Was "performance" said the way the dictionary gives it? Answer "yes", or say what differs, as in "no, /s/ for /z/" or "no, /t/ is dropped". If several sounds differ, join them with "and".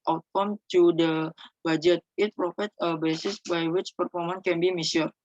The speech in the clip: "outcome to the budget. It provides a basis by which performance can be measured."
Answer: no, /s/ is dropped